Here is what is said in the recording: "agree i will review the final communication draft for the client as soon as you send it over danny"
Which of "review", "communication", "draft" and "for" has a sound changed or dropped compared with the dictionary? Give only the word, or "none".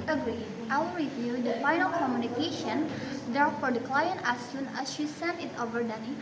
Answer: draft